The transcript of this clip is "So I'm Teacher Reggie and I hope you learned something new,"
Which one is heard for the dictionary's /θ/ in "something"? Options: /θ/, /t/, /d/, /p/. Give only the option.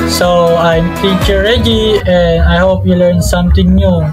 /t/